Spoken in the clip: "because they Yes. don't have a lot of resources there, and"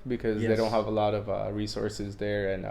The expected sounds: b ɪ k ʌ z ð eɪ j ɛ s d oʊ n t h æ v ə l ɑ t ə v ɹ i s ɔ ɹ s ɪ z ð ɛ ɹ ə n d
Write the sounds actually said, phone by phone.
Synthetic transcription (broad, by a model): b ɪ k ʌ z ð eɪ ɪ d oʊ n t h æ v ə l ɑ t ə v ɹ i s ɔ ɹ s ɪ z ð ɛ ɹ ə n